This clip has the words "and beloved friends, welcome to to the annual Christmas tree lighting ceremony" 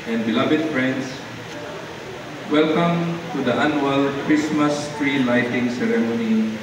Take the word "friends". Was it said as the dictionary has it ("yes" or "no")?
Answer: no